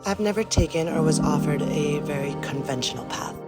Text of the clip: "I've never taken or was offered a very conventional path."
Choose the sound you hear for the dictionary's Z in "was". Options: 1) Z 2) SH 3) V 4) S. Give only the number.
1